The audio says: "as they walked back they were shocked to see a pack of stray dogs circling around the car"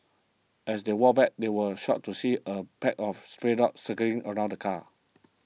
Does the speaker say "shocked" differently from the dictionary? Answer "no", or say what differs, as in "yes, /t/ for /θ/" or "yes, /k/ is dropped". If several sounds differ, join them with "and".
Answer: yes, /k/ is dropped